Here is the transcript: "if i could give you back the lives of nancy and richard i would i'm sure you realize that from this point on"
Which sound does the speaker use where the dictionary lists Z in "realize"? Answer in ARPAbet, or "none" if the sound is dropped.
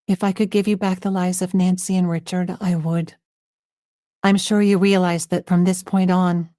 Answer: Z